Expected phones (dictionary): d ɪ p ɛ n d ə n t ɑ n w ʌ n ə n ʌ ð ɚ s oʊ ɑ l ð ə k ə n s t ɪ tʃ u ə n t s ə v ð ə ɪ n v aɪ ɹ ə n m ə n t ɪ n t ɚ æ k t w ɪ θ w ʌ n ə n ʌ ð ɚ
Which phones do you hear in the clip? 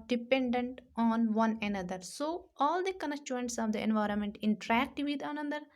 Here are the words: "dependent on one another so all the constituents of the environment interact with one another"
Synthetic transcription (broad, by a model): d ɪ p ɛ n d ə n t ɑ n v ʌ n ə n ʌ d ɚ s oʊ ɑ l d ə k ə n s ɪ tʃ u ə n t s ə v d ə ɪ n v aɪ ɹ ə n m ə n t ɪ n t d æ k t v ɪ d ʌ n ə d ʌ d